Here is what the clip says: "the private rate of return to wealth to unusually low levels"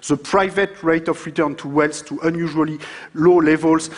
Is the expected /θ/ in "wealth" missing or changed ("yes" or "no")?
yes